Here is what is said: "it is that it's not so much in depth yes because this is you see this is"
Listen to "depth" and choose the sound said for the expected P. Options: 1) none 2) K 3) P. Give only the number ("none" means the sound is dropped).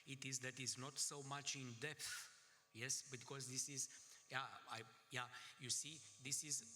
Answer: 3